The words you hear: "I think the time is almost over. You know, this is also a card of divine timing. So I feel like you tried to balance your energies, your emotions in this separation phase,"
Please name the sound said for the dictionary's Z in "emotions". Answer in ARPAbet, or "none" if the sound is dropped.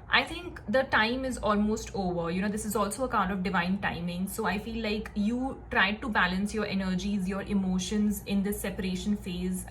Z